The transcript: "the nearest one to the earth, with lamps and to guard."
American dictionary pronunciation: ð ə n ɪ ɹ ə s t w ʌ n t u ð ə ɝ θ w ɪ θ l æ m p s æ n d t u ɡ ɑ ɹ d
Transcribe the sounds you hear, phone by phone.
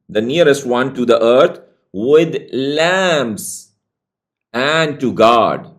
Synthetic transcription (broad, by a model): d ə n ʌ ɹ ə s t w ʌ n t u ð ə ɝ t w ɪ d l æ m s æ n d t u ɡ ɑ d